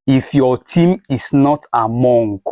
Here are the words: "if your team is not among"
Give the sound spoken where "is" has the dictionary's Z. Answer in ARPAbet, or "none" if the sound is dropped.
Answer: S